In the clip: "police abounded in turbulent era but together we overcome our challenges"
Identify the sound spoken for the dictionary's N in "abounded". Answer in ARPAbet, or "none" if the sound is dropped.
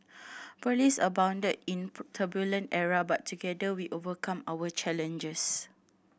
N